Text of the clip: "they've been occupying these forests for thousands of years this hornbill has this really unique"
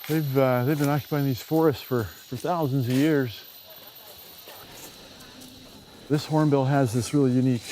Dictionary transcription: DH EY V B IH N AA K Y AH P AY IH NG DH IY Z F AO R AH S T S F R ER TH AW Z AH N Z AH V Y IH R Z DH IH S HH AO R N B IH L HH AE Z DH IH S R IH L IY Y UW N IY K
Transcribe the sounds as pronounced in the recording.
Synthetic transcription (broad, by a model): DH EY V B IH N AA K Y AH P AY IH NG DH IY Z F AO R AH S T S F R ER TH AW Z AH N Z AH V Y IH R Z DH IH S HH AO R N B IH L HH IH Z DH IH S R IH L IY Y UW N IY K